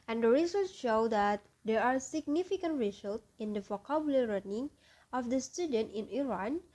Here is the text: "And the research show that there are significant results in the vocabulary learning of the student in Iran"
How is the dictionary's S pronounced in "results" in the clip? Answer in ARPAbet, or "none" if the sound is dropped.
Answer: none